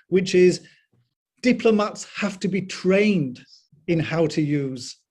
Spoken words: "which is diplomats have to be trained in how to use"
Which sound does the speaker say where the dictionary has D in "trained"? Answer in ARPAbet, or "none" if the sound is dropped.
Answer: D